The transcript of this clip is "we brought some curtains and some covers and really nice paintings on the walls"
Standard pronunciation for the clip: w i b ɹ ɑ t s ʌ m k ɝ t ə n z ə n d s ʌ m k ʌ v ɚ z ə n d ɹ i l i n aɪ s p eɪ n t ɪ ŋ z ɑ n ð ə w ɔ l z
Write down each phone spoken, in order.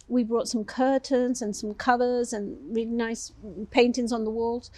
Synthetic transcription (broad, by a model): w i b ɹ ɑ t s ʌ m k ɝ t ə n z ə n s ʌ m k ʌ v ɚ z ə n ɹ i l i n aɪ s p eɪ n t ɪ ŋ z n ð ə w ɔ l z